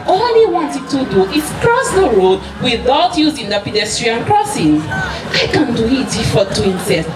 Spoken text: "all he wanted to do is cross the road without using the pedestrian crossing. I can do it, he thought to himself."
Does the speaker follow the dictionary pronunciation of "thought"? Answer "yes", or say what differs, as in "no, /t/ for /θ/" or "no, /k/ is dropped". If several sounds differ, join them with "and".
no, /f/ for /θ/